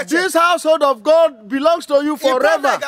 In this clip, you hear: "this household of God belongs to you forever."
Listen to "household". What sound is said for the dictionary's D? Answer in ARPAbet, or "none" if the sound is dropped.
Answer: D